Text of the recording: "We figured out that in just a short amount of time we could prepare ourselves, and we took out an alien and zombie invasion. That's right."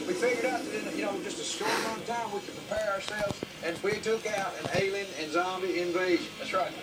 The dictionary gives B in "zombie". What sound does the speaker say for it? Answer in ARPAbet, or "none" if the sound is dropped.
B